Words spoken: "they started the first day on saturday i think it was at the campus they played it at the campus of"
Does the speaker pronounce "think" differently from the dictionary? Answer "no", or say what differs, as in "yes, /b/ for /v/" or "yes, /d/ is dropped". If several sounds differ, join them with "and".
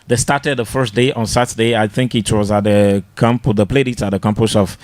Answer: no